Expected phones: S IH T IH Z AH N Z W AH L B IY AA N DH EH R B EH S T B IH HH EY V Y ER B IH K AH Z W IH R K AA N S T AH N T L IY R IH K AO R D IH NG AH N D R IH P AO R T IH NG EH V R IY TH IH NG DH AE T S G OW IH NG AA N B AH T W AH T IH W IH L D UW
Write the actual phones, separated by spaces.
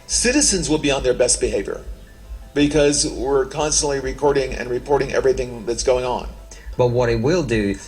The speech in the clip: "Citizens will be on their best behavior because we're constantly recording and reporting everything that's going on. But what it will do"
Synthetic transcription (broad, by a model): S IH T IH Z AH N Z W AH L B IY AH N DH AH R B EH S T B IH HH EY V Y ER B IH K AH Z W IH R K AA N S T AH N T L IY R IH K AO R D IH NG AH N R IH P AO R T IH NG EH V R IY TH IH NG DH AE T S G OW IH NG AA N B AH T W AH T IH W IH L D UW